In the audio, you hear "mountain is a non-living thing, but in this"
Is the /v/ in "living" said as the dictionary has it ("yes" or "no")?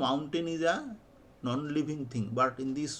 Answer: no